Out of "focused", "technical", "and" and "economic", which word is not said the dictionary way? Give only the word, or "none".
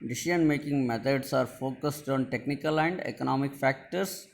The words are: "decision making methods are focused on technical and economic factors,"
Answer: none